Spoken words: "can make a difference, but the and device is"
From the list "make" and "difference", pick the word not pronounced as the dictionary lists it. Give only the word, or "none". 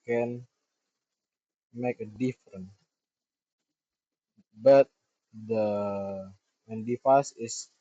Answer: difference